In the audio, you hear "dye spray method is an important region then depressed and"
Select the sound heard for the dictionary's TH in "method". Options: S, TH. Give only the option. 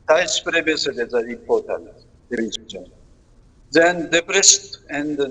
S